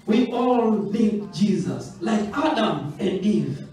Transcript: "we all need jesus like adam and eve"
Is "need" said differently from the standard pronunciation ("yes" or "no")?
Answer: yes